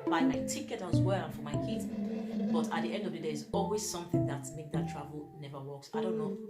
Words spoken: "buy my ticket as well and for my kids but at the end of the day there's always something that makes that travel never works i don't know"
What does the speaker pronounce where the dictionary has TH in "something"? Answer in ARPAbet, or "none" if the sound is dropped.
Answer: TH